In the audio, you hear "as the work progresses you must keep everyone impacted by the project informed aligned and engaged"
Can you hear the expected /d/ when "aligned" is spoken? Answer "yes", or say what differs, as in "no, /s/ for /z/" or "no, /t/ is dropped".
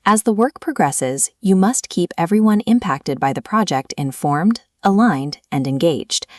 yes